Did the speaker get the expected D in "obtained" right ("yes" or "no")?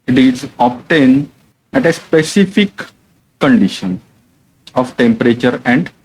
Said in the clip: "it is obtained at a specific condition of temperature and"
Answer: no